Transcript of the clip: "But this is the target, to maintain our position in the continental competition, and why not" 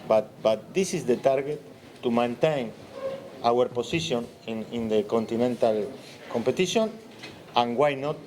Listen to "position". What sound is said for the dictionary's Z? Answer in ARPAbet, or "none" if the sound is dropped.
S